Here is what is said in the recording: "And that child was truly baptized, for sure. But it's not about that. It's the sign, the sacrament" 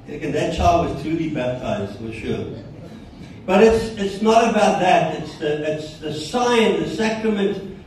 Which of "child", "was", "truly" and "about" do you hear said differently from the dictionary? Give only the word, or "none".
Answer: truly